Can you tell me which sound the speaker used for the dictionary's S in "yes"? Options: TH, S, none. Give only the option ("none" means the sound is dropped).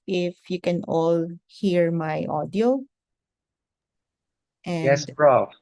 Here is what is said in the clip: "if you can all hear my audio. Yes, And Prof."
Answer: none